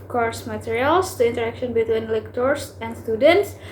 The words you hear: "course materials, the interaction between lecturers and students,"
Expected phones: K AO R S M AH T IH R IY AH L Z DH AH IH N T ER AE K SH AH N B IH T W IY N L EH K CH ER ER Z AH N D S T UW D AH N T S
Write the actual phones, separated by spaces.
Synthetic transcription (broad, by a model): K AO R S M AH T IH R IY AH L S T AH IH N T ER AE K SH AH N B IH T W IY N L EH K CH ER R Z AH N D S T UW D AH N T S